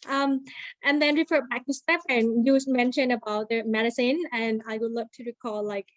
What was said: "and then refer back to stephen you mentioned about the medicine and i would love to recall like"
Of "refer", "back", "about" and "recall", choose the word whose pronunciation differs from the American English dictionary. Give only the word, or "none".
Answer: none